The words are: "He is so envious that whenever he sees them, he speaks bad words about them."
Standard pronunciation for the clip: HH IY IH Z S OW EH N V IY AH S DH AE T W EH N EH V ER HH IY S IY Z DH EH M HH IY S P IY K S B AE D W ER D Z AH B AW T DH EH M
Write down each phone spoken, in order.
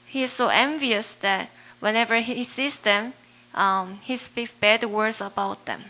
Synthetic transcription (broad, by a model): HH IY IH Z S OW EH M V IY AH S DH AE T W EH N EH V ER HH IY S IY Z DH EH M HH IY S P IY K S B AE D W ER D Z AH B AW T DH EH M